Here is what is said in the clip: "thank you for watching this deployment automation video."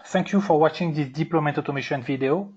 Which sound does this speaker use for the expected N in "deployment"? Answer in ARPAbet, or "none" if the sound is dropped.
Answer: none